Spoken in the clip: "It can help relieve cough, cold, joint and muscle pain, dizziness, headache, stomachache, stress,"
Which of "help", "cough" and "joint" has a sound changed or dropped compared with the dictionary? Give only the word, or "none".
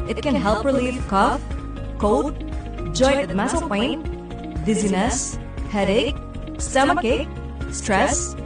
joint